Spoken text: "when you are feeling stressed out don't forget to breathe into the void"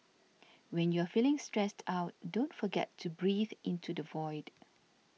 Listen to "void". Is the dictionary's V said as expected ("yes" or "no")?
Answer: yes